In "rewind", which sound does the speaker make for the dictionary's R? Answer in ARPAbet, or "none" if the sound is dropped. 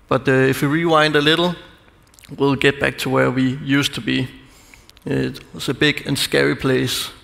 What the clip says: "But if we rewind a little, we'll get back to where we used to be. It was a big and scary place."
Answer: R